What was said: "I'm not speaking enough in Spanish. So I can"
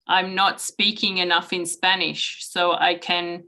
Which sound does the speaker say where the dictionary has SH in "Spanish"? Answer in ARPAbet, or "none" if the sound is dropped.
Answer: SH